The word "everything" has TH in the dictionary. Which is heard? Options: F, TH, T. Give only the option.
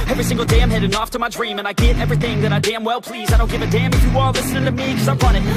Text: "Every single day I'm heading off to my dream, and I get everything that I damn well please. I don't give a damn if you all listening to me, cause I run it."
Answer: TH